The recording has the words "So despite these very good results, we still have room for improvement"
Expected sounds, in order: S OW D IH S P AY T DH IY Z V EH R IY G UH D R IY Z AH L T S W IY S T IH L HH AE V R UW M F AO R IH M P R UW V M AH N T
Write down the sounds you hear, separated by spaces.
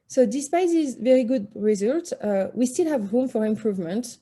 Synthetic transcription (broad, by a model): S OW D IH S P AY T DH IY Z V EH R IY G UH D R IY Z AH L T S W IY S T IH L HH AE V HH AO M F AO R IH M P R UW V M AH N T